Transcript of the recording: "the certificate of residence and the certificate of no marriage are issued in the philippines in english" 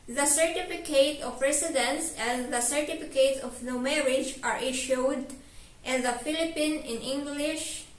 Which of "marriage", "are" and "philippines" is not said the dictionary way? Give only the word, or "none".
philippines